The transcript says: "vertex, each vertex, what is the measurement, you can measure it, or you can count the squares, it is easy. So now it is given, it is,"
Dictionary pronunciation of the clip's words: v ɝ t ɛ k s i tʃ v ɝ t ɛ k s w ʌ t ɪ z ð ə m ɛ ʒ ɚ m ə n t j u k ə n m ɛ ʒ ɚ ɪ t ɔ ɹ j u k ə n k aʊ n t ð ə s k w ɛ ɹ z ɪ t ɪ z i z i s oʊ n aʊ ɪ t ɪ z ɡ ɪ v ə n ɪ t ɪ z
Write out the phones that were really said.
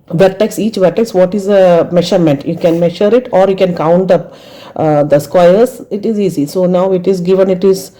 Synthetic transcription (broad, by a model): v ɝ t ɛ k s i tʃ v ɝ t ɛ k s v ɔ t ɪ z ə m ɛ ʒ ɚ m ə n t j u k ə n m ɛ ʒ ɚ ɪ t ɔ ɹ j u k ə n k aʊ n t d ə s k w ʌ ɹ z ɪ t ɪ z i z i s oʊ n aʊ ɪ t ɪ z ɡ ɪ v ə n ɪ t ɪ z